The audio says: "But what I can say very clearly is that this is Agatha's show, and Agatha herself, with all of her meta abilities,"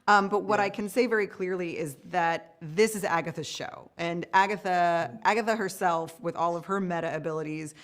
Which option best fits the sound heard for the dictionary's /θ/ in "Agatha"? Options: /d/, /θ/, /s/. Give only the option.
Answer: /θ/